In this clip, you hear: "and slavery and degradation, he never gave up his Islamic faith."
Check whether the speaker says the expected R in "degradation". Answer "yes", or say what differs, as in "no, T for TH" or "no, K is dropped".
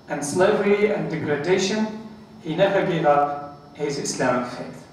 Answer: yes